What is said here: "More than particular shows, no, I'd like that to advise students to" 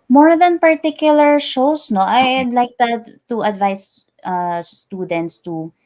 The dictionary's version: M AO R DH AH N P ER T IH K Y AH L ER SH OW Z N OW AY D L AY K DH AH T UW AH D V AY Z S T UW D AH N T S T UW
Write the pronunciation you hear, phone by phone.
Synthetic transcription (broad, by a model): M AO R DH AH N P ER T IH K Y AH L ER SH OW S N OW AY D L AY K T T UW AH D V AY S T UW D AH N T S T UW